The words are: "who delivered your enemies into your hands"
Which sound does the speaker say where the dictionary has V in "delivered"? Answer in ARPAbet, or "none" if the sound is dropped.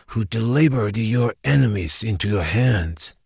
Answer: B